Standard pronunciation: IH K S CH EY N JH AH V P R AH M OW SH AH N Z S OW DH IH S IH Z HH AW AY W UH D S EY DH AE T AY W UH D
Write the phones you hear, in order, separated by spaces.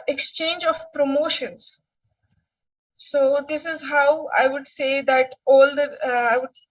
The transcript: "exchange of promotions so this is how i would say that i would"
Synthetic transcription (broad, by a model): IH K S CH EY N JH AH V P R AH M OW SH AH N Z S OW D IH S IH Z HH AW AY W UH D S EY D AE T AY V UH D